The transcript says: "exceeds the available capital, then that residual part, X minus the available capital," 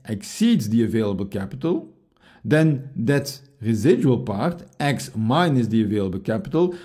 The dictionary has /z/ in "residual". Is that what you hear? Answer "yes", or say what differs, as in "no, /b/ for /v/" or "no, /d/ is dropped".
yes